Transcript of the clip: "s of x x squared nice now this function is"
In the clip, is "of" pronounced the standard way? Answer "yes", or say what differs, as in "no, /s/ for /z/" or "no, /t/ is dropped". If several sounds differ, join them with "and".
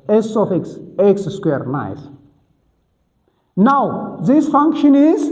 no, /f/ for /v/